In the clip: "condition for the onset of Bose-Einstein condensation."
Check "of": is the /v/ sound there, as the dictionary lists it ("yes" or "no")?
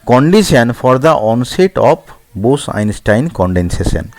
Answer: no